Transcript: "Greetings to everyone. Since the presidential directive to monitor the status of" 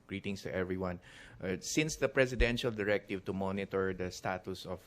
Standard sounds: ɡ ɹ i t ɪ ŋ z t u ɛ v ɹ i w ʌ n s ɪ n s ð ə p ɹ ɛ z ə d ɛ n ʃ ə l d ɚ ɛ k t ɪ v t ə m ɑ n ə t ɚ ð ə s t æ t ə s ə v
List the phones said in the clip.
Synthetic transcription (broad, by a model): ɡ ɹ i t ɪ ŋ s t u ɛ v ɹ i w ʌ n s ɪ n s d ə p ɹ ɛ s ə d ɛ n ʃ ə l d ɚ ɛ k t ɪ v t ə m ɑ n ə t ɚ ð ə s t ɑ t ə s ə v